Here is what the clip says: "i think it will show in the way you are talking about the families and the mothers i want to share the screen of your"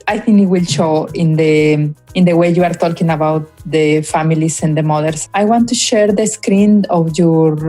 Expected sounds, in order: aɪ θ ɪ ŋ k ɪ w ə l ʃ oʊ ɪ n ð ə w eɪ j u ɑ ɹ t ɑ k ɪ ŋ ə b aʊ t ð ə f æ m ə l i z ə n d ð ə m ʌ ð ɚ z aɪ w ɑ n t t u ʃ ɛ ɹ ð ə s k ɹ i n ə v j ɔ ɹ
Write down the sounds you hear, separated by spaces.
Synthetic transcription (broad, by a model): aɪ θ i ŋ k ɪ w ə l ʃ oʊ ɪ n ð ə w eɪ j u ɑ ɹ t ɑ k ɪ ŋ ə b aʊ t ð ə f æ m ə l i s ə n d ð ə m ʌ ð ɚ s aɪ w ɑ n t t u ʃ ɛ ɹ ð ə s k ɹ i n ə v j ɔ ɹ